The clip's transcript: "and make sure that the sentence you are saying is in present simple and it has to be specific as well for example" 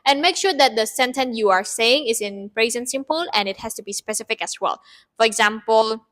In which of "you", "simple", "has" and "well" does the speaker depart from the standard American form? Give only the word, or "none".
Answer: has